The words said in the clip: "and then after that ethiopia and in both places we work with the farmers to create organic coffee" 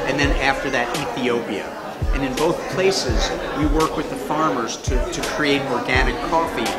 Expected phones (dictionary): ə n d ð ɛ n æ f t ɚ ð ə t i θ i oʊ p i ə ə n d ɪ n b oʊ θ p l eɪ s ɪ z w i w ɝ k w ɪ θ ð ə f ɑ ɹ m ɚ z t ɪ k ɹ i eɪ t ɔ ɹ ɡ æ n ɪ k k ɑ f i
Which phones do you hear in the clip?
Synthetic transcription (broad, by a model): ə n ð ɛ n æ f t ɚ ð ə t i θ i oʊ p i ə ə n ɪ n b oʊ θ p l eɪ s ɪ z w i w ɝ k w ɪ ð ə f ɑ ɹ m ɚ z t ɪ k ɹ i eɪ t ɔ ɹ ɡ æ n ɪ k k ɑ f i